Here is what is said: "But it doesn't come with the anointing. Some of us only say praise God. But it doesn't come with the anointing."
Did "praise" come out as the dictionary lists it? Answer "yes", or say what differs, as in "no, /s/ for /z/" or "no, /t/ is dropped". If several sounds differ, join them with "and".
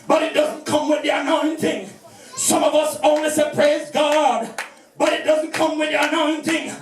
yes